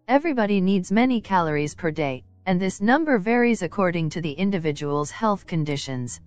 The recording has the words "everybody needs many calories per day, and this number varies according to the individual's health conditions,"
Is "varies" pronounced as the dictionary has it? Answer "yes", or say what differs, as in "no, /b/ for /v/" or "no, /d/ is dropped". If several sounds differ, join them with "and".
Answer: yes